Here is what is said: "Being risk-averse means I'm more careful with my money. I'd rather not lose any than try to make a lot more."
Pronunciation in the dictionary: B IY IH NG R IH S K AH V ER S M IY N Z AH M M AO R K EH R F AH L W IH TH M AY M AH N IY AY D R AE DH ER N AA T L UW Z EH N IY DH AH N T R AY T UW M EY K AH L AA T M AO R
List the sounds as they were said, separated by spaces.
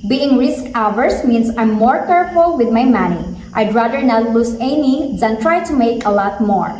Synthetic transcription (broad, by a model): B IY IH NG R IH S K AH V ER S M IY N S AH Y M AO R K EH R F AH L W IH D M AY M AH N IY AY D R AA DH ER N AA T L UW S EH N IY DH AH N T R AY T UW M EY K AH L AA T M AO R